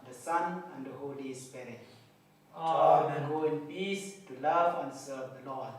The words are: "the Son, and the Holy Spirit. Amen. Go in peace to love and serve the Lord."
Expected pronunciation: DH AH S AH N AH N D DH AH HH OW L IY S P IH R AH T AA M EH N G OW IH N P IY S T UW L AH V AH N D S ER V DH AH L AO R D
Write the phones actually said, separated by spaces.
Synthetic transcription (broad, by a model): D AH S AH N AH N D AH HH OW L IY S P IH R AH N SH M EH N G OW IH N P IY S T UW L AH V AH N S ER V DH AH L AO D